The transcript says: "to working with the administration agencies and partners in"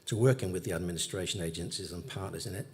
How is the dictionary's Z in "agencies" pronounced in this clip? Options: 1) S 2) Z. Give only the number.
2